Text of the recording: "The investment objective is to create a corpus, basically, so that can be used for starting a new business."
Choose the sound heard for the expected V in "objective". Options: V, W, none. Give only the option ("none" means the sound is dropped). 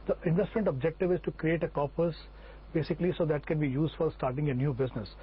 V